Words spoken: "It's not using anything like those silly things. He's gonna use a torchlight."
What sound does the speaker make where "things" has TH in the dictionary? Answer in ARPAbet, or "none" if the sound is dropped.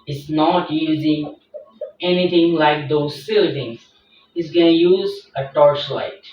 T